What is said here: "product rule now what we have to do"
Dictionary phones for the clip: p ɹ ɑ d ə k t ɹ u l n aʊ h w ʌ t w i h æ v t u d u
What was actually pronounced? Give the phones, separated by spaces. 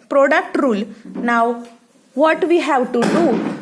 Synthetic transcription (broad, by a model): p ɹ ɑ d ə k t ɹ u l n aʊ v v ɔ t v i h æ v t u d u